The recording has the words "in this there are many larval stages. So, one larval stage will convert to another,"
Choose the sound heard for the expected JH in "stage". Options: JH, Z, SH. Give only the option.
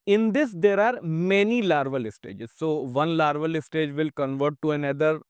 JH